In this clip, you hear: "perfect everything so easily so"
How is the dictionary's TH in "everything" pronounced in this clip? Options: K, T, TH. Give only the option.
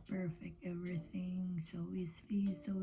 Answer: TH